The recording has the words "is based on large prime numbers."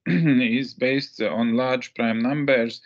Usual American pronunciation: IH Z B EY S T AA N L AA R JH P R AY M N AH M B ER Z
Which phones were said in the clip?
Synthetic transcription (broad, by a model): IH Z B EY S T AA N L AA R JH P R AY M N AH M B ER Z